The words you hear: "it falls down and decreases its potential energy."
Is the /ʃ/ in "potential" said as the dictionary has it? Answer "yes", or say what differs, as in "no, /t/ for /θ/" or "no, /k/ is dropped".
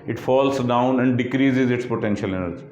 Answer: yes